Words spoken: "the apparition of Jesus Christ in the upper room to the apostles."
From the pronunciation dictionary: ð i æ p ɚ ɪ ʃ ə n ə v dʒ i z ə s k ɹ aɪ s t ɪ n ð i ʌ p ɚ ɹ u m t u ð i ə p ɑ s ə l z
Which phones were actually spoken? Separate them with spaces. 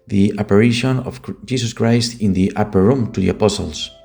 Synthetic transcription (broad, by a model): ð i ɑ p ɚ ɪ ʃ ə n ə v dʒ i s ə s k ɹ aɪ s t ɪ n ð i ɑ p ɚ ɹ u m t u ð i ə p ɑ s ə l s